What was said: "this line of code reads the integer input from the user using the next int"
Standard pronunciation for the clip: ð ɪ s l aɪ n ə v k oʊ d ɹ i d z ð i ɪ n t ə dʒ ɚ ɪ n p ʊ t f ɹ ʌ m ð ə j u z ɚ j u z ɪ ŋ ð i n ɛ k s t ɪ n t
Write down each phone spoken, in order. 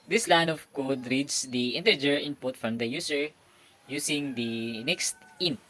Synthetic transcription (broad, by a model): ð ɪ s l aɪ n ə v k oʊ d ɹ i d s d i ɪ n t ə dʒ ɚ ɪ n p ʊ t f ɹ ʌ m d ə j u s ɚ j u s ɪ ŋ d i n ɛ k s t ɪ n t